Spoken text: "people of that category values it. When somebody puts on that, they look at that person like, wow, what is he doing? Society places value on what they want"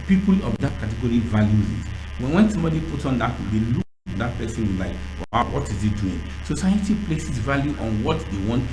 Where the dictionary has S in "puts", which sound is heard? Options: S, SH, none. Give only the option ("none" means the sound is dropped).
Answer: none